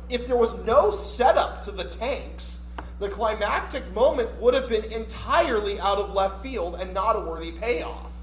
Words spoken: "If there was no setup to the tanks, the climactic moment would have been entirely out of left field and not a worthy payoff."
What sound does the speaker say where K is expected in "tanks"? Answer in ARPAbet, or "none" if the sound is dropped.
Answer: K